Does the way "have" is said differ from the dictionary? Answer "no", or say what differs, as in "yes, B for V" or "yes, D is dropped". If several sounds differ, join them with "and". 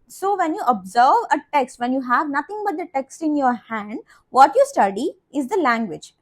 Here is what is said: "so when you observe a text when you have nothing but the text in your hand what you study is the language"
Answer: no